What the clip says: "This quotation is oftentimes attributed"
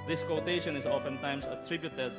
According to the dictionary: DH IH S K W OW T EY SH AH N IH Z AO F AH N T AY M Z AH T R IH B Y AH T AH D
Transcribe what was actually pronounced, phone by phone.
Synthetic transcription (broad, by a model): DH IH S K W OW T EY SH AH N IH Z AO F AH N T AY M S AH T R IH B Y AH T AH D